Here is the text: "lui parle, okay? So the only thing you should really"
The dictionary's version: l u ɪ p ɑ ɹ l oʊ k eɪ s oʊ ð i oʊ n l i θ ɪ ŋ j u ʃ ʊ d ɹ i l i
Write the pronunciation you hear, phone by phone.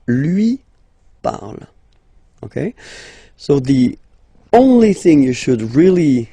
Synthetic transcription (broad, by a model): l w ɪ p ɑ ɹ l oʊ k eɪ s oʊ ð i oʊ n l i θ ɪ ŋ j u ʃ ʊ d ɹ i l i